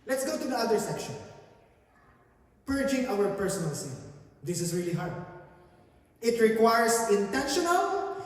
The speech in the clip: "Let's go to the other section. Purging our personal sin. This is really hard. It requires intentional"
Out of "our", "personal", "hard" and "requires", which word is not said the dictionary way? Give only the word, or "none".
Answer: requires